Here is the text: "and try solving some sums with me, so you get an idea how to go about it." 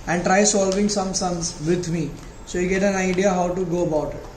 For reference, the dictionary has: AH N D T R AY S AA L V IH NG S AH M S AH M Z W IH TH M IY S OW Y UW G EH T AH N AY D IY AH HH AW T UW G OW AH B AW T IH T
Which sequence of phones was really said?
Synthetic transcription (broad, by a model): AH N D T R AY S AA L V IH NG S AH M S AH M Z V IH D M IY S OW Y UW G EH T AH N AY D IY AH HH AW T UW G OW AH B AW T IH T